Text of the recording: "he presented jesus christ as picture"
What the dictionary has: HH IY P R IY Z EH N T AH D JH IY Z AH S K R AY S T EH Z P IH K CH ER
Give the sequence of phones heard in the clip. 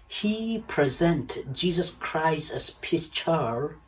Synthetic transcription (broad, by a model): HH IY P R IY Z EH N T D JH IY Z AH S K R AY S T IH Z P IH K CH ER